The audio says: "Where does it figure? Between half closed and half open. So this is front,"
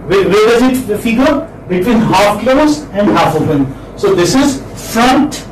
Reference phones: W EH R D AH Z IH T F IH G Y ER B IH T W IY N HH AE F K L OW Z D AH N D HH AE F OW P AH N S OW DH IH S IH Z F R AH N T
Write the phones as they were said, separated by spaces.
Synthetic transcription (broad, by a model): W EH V D AH Z IH T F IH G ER B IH T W IY N HH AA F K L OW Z AH N D HH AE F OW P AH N S OW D IH S IH Z F R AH N T